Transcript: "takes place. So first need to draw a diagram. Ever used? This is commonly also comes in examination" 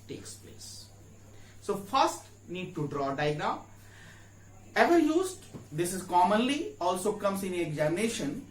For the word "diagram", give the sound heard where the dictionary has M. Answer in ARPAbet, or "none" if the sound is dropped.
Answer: none